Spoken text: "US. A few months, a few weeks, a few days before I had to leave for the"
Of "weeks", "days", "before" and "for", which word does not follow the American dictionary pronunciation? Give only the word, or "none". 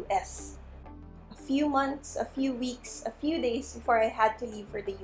days